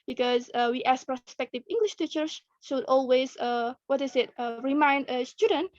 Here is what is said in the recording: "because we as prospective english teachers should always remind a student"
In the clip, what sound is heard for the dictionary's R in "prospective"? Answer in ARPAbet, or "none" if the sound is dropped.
R